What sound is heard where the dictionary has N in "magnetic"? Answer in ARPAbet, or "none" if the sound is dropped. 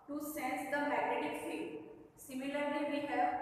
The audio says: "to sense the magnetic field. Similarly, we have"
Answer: none